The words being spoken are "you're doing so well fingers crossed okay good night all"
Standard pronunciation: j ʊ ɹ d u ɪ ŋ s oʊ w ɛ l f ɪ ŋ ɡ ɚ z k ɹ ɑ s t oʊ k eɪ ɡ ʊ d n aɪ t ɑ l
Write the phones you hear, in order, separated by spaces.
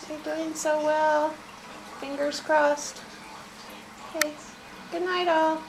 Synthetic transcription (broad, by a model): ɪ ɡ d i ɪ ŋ s oʊ w ɛ l f ɪ ŋ ɡ ɚ z k ɹ ɑ s t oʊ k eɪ ɡ ʊ d n aɪ t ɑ l